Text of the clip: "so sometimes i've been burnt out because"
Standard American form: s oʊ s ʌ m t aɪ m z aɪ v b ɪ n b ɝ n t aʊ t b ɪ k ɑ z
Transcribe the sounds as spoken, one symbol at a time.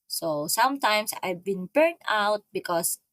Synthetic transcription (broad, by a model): s oʊ s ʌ m t aɪ m s aɪ v b ɪ n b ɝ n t aʊ t b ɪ k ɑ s